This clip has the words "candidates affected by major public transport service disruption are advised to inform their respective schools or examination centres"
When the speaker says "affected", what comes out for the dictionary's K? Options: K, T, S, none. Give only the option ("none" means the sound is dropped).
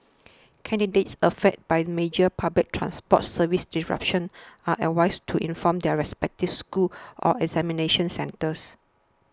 none